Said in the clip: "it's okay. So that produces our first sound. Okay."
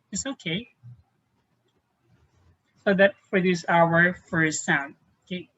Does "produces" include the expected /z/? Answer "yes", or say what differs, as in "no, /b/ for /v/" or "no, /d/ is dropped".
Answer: no, /z/ is dropped